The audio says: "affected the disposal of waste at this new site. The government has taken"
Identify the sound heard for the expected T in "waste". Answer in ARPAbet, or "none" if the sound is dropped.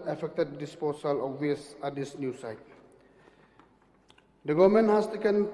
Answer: none